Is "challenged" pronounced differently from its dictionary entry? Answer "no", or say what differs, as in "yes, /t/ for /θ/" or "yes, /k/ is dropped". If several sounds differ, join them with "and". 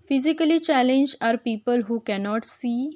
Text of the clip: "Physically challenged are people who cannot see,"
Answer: yes, /d/ is dropped